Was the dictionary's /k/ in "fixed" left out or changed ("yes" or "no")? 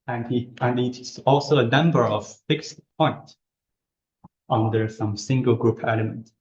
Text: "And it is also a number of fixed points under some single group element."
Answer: no